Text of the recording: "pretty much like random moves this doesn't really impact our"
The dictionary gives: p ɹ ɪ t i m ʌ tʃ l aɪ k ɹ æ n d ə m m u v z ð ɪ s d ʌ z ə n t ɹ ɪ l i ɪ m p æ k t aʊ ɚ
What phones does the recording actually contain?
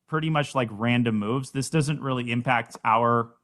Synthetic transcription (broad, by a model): p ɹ ɪ t i m ʌ tʃ l aɪ k ɹ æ n d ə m m u v z ð ɪ s d ʌ z ə n t ɹ ɪ l i ɪ m p æ k t aʊ ɚ